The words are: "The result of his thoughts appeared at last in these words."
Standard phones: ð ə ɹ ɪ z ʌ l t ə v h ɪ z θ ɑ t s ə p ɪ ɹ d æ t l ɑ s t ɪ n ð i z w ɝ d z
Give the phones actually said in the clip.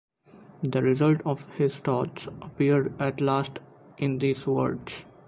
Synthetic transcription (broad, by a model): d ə ɹ ɪ z ʌ l t ə v h ɪ z t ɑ t s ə p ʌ ɹ d æ t l ɑ s t ɪ n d i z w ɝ d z